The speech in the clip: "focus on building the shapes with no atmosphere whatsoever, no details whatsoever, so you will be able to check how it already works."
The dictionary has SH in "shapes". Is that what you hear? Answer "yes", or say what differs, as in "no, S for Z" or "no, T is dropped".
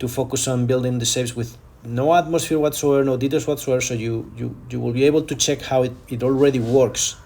no, S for SH